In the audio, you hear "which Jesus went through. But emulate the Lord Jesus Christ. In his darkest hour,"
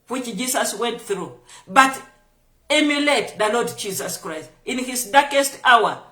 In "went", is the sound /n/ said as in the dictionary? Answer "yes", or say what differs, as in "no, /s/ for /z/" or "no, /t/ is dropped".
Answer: yes